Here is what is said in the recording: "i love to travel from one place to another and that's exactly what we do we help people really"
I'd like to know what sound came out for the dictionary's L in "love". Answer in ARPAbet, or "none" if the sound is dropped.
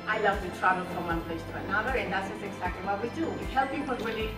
L